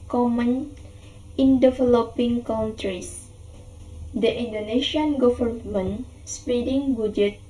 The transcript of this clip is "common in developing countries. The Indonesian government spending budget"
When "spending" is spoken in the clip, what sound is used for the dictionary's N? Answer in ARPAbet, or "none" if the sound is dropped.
none